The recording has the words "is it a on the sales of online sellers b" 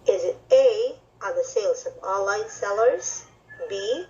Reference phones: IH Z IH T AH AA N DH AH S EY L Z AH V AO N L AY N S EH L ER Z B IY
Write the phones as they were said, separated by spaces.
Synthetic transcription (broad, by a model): IH Z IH T AH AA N DH AH S EY L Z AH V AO L AY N S EH L ER Z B IY